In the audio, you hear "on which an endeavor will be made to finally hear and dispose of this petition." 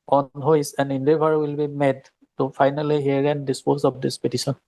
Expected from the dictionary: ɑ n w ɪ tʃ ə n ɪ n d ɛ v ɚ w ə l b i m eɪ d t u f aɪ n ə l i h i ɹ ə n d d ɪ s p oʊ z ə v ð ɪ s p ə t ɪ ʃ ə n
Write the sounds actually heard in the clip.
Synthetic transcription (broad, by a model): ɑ n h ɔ s ə n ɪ n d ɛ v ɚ w ə l b i m eɪ d t u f aɪ n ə l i h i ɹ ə n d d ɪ s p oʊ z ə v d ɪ s p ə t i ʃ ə n